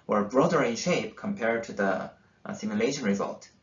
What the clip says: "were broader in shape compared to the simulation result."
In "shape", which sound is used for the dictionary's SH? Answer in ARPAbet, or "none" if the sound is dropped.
SH